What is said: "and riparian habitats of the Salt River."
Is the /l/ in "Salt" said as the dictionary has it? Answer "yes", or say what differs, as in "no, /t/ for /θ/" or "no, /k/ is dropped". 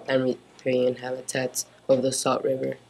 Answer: no, /l/ is dropped